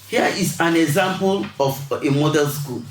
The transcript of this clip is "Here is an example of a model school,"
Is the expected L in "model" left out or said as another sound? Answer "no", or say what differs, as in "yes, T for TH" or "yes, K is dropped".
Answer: yes, N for L